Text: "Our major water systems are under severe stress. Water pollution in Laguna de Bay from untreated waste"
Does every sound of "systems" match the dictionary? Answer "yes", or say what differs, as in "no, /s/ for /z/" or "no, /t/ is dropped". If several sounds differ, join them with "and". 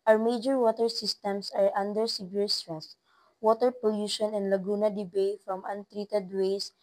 no, /s/ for /z/